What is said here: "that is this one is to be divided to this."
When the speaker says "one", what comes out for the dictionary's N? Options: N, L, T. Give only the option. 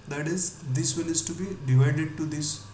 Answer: L